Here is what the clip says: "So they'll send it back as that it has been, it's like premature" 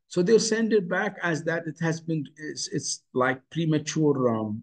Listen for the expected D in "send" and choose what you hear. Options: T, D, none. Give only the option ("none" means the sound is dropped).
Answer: D